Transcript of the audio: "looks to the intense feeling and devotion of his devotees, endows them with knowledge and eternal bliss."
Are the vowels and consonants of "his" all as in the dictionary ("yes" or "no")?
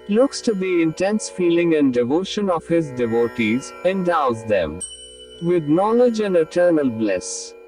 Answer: yes